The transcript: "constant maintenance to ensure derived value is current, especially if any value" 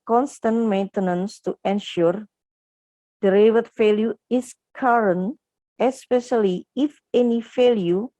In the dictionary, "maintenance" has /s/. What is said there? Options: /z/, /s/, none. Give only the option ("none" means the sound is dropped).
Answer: /s/